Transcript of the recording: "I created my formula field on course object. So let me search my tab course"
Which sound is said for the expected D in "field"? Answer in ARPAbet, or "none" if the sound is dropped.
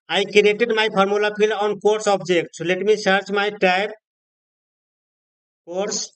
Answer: none